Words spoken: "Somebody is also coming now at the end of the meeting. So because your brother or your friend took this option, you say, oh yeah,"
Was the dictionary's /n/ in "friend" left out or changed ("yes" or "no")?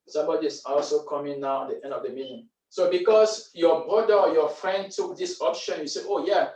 no